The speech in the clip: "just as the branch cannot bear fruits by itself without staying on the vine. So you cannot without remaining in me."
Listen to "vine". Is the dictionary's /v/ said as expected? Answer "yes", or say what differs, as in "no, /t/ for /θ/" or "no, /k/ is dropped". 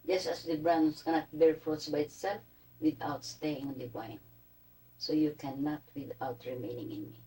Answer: no, /b/ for /v/